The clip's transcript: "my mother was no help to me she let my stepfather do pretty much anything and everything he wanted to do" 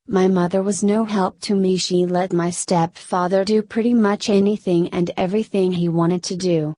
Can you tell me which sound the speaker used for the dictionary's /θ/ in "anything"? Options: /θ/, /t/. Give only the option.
/θ/